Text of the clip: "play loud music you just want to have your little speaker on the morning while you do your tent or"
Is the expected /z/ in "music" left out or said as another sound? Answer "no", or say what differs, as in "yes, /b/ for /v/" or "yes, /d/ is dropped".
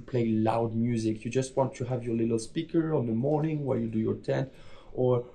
no